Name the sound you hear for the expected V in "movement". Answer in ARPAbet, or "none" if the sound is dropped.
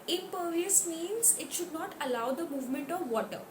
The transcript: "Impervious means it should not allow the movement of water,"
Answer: V